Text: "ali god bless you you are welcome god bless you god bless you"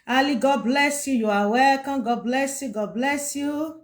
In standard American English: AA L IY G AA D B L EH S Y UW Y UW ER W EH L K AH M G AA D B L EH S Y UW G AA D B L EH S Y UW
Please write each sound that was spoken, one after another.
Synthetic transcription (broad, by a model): AA L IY G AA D B L EH S Y UW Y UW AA W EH K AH G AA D B L EH S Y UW G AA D B L EH S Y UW